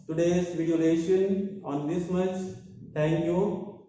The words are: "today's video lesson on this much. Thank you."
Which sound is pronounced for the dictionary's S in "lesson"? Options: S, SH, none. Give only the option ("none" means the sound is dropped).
SH